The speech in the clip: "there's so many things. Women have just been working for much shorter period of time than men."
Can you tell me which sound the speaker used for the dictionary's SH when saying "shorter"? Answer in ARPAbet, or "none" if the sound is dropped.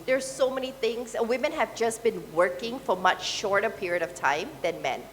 SH